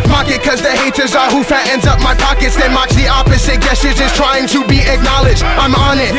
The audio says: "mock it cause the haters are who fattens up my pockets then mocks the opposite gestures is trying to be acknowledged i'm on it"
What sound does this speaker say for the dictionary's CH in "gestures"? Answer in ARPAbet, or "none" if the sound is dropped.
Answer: none